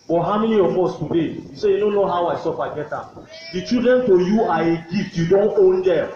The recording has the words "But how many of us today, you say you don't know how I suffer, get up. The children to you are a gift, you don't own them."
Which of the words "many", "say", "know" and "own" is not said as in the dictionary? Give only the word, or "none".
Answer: many